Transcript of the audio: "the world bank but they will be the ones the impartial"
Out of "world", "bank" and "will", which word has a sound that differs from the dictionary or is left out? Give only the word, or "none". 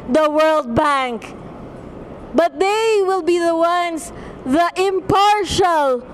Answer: none